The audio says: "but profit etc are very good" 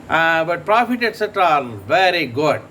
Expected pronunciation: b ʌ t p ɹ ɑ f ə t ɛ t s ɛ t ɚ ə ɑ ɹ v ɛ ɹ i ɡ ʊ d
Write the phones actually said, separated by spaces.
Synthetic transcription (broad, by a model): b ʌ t p ɹ ɑ f ə t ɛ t s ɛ t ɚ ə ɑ l v ɛ ɹ i ɡ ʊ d